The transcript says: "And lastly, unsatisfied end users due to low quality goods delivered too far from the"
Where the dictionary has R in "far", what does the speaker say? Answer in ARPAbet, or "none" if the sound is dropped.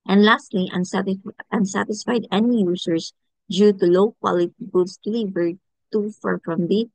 R